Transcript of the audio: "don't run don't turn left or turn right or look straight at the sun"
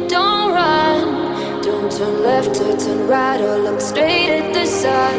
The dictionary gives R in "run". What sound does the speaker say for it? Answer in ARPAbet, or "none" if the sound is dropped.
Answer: R